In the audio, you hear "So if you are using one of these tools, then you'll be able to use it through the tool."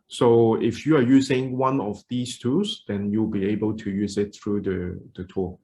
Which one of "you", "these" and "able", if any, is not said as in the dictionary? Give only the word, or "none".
these